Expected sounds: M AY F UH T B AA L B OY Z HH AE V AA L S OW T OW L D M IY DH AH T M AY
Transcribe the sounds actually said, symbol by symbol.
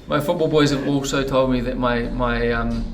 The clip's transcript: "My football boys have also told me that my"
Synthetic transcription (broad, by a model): M AY F UH T B AA L B OY Z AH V AA L S OW T OW L D M IY DH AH T M AY